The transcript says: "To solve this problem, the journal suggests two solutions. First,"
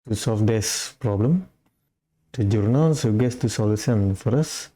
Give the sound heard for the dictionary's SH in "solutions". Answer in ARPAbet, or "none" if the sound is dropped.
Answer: S